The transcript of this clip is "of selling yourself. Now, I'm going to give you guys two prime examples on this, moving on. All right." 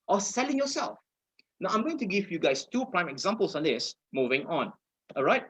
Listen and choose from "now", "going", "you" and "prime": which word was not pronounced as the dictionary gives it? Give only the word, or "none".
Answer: none